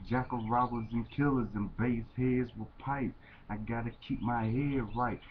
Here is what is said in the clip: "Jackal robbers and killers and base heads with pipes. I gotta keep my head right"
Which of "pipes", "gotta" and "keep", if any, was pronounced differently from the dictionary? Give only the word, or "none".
pipes